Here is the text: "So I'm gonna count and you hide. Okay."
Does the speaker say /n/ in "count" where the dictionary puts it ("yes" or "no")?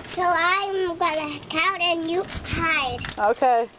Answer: no